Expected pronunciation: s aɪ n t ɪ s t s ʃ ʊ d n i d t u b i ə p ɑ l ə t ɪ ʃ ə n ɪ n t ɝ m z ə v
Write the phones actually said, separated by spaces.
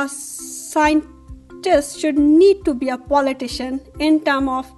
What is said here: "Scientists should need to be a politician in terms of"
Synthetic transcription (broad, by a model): s aɪ n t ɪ s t ʃ ʊ d n i d t u b i ə p ɑ l ə t ɪ ʃ ə n ɪ n t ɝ m ə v